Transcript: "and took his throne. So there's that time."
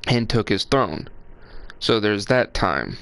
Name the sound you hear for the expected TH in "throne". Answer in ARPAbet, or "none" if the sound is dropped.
TH